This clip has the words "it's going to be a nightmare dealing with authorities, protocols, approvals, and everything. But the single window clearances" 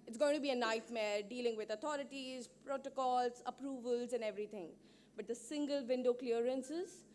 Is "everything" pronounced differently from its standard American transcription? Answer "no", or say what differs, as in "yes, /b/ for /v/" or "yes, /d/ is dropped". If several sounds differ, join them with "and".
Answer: yes, /t/ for /θ/